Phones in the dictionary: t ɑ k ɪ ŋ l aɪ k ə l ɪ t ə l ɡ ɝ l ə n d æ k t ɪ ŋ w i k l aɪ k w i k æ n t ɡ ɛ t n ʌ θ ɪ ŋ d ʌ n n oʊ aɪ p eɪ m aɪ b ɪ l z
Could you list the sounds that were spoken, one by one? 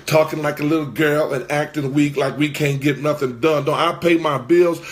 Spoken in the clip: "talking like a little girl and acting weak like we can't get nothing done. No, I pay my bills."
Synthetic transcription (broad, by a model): t ɑ k ɪ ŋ l aɪ k ə l ɪ t l ɡ ɝ l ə n æ k t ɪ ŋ w i k l aɪ k w i k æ n ɡ ɛ t n ʌ θ ɪ ŋ d ʌ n n oʊ aɪ p eɪ m aɪ b ɪ l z